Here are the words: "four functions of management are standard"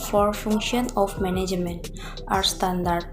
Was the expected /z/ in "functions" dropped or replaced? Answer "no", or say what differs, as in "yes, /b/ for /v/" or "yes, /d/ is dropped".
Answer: yes, /z/ is dropped